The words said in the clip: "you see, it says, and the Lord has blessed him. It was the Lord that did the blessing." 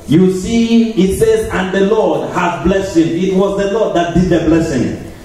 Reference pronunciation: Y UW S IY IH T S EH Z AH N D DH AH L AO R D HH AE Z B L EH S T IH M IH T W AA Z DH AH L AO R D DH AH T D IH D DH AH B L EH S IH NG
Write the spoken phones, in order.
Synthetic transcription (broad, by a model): Y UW S IY IH T S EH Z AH N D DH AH L AO D HH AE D B L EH S IH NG IH T W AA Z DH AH L AO D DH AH T D IH D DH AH B L EH S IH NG